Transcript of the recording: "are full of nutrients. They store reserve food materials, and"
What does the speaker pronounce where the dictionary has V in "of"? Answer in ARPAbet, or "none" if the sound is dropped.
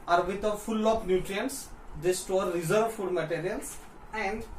P